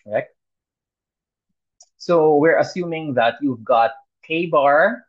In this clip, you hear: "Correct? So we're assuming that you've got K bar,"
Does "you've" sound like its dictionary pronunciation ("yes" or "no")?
yes